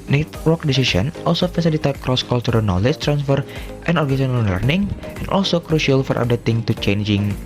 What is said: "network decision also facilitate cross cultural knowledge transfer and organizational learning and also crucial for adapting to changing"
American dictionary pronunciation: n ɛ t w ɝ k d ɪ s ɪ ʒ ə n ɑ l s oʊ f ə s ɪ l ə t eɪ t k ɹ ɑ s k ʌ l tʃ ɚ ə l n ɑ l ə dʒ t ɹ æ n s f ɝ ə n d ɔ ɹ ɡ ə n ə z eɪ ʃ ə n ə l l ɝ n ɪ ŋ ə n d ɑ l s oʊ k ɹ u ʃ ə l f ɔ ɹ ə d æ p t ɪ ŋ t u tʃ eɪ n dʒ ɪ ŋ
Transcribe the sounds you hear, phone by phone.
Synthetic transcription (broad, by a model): n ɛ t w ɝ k d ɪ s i s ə n ɑ l s oʊ f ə s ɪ l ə t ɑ k ɹ ɑ s k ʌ l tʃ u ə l n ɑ l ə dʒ t ɹ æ n s f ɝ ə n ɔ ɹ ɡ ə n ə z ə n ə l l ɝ n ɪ ŋ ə n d ɑ l s oʊ k ɹ u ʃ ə l f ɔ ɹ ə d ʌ t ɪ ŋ t u tʃ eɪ n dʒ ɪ ŋ